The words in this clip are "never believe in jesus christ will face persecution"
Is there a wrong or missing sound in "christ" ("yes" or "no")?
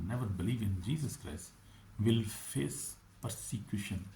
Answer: no